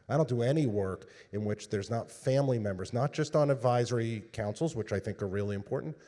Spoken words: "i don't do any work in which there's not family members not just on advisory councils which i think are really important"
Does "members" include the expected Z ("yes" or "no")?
yes